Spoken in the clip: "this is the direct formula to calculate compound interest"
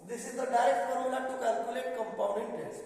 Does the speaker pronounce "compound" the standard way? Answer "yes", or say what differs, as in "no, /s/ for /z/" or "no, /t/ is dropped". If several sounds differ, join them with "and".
no, /d/ is dropped